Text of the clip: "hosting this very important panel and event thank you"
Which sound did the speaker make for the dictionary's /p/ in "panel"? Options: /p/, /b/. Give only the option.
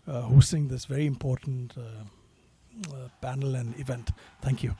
/b/